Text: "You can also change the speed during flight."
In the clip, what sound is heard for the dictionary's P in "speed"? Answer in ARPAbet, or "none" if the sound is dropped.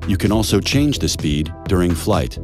P